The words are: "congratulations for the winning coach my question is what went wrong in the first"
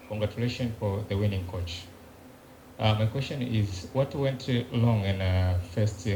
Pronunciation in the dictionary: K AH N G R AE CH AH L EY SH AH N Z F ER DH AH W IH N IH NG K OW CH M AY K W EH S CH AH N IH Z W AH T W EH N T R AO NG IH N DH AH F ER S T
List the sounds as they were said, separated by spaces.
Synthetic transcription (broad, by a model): K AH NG G R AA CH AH L EY SH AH N F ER DH AH W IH N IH NG K OW CH M AY K W EH S CH AH N IH Z W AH T W EH N T L AO NG IH N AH F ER S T